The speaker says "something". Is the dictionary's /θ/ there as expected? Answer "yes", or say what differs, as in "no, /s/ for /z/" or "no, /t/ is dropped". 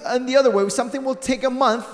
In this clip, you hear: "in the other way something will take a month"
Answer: yes